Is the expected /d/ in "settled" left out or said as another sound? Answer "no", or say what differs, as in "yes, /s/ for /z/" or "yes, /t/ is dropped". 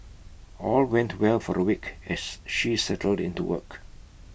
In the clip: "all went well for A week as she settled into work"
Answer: no